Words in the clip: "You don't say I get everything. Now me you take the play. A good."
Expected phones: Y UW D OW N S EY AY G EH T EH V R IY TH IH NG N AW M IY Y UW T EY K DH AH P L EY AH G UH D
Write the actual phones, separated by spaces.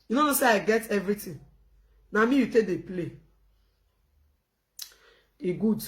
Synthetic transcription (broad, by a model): Y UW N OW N S EY AY G EH T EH V R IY T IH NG N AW M IY Y UW T EY K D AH P L EY AH G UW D